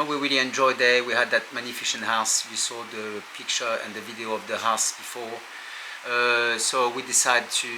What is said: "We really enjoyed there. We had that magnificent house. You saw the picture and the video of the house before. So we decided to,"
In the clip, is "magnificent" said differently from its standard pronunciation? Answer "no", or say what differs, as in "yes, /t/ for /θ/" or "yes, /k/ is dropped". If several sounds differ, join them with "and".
yes, /ʃ/ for /s/